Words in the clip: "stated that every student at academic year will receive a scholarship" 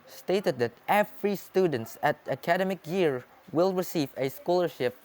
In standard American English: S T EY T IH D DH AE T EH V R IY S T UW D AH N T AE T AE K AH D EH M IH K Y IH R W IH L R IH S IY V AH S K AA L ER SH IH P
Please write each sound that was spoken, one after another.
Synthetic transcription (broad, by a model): S T EY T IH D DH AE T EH F R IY S T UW D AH N T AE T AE K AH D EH M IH K Y IH R W IH L R IH S IY V AH S K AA L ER SH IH P